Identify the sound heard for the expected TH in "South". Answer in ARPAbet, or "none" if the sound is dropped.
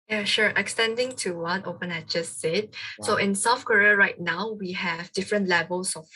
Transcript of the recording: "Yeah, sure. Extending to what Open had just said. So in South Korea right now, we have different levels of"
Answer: F